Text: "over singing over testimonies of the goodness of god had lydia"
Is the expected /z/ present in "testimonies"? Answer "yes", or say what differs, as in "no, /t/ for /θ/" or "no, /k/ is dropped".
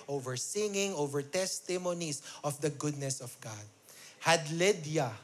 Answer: no, /s/ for /z/